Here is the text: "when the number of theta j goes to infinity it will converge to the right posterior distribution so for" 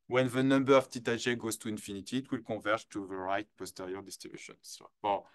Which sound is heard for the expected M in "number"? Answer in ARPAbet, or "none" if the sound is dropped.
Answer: M